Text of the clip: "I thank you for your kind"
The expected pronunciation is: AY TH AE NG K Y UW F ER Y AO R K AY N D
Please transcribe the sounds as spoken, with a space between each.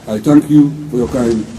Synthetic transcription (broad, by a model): AY T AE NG K Y UW F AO Y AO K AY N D